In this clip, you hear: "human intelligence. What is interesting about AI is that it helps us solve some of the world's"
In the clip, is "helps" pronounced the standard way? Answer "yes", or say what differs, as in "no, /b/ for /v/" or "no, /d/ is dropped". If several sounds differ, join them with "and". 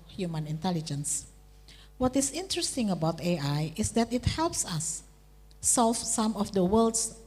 yes